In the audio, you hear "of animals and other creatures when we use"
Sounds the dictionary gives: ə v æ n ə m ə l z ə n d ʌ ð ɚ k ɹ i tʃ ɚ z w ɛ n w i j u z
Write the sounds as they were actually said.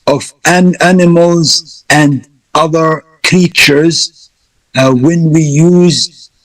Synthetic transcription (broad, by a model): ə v æ n ə m ə l z ə n d ʌ ð ɚ k ɹ i tʃ ɚ z w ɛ n w i j u z